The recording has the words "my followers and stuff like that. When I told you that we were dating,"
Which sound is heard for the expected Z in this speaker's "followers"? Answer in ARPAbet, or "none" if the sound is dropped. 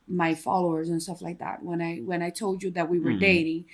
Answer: Z